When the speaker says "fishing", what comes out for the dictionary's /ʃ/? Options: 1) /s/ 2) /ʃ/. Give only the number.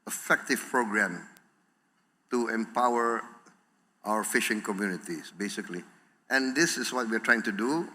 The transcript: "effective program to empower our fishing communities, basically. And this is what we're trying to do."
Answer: 2